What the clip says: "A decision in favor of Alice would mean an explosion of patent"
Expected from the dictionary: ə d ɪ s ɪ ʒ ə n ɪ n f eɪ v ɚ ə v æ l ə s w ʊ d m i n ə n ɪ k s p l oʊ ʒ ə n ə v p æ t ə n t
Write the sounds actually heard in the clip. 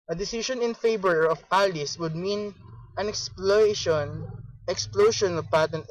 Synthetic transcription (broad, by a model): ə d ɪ s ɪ ʃ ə n ɪ n f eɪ b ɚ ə p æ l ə s w ʊ d m i n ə n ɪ k s p l oʊ ʃ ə n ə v p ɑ t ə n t